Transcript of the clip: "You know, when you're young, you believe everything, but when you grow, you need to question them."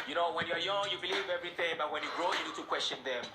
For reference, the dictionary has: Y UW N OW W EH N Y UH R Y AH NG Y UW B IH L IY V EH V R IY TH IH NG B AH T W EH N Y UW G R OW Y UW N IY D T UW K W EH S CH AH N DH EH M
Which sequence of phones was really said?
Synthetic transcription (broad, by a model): Y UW N OW W EH N Y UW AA Y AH NG Y UW B IH L IY V EH V R IY TH IH NG B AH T W EH N Y UW G R OW Y UW N IY D T UW K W EH S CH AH N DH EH M